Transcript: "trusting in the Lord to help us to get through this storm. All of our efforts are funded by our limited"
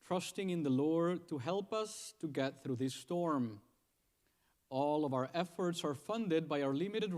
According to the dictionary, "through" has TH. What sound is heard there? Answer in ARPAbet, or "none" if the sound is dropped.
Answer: TH